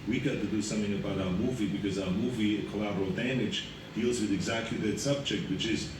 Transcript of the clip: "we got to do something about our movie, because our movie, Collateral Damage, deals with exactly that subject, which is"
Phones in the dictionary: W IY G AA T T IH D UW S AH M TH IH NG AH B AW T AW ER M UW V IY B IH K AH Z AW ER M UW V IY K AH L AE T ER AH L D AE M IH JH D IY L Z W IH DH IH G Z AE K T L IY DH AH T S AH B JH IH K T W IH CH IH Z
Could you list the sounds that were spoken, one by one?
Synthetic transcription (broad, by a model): W IY G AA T T IH D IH S AH M TH IH NG AH B AW T AW ER M UW V IY B IH K AH Z AW ER M UW V IY K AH L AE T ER L D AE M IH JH D IY L Z W IH DH IH G Z AE K T L IY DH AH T S AH B JH IH K T W IH CH IH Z